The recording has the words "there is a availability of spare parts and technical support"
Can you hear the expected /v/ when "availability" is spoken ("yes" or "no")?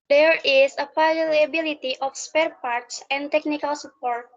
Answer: no